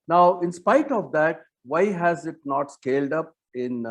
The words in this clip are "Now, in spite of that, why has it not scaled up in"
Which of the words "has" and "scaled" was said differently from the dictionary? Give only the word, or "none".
none